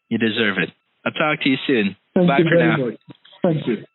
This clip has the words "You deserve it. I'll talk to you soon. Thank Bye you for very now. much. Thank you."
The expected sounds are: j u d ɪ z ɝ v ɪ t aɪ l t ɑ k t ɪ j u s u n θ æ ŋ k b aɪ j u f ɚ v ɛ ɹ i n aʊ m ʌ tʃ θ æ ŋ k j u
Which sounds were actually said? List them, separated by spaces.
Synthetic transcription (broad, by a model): j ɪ d ɪ z ɝ v ɪ t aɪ t ɑ k t ɪ j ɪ s u n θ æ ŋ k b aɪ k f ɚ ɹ n aʊ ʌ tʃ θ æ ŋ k j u